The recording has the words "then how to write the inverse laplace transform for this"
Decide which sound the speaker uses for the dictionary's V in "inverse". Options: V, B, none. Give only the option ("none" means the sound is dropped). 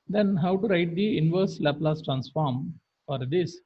V